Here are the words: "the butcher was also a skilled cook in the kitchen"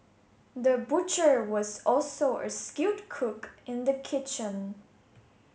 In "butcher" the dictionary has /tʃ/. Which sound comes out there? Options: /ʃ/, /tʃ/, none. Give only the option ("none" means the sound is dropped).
/tʃ/